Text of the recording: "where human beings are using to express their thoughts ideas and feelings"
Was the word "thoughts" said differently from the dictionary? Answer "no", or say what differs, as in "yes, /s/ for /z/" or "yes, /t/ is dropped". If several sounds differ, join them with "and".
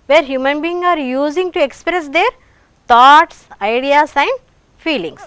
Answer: yes, /t/ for /θ/